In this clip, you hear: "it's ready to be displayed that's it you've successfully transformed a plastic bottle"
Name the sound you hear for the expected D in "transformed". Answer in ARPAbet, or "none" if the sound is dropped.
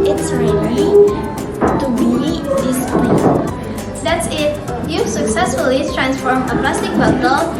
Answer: none